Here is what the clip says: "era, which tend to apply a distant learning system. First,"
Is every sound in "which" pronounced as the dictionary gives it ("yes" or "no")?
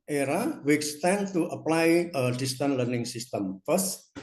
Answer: no